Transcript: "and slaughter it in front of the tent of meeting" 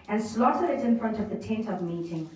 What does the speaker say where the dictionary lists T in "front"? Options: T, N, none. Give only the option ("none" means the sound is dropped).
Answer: T